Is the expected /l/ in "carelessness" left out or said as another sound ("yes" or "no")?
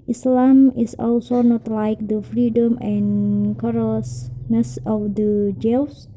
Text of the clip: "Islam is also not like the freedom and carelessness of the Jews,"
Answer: yes